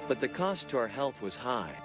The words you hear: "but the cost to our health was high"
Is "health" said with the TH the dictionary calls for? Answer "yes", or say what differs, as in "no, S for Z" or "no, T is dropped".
yes